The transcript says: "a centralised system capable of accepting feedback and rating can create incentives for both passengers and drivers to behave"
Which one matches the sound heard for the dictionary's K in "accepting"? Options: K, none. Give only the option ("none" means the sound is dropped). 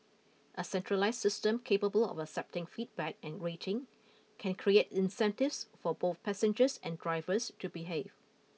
K